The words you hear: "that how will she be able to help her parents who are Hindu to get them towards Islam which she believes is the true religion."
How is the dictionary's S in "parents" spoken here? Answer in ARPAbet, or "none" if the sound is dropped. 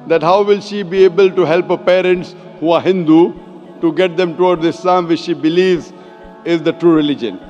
S